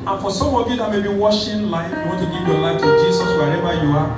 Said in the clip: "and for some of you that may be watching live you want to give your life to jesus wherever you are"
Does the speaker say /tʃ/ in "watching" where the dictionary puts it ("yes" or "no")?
no